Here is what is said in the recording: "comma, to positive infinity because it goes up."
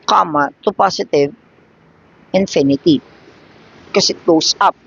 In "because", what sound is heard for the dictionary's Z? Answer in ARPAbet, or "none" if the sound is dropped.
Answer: S